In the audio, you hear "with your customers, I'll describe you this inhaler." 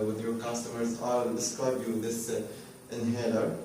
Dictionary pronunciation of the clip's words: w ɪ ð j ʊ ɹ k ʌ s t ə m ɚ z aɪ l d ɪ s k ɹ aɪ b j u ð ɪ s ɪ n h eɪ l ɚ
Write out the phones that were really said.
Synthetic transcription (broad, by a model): w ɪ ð j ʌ ɹ k ʌ s t ə m ɚ z aɪ l d ɪ s k ɹ aɪ b j u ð ɪ s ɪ n h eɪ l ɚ